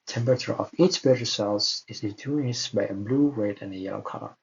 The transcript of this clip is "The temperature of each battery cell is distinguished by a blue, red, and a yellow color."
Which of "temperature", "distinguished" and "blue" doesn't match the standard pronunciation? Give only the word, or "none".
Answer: distinguished